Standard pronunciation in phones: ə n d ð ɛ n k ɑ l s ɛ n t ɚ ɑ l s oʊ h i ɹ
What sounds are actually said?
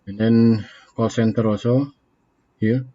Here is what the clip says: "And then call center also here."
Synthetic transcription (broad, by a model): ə n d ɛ n k ɑ l s ɛ n t ɚ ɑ s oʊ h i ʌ